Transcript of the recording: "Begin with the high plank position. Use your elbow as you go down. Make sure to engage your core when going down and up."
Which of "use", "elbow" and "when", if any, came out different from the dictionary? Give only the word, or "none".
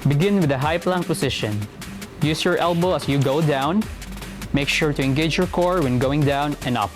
none